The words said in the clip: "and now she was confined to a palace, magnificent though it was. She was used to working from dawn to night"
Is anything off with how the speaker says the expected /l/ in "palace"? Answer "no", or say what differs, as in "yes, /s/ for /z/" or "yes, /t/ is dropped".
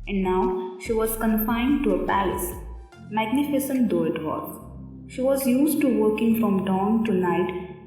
no